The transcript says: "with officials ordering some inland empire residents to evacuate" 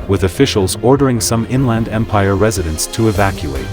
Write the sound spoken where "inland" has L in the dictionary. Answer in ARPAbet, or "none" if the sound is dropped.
L